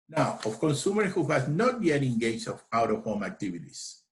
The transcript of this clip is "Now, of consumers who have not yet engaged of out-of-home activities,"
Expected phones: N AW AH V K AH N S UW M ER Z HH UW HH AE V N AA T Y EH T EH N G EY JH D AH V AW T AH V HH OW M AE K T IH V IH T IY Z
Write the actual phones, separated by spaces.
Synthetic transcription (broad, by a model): N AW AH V K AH N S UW M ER HH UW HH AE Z N AA T Y EH T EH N G EY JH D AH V AW T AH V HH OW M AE K T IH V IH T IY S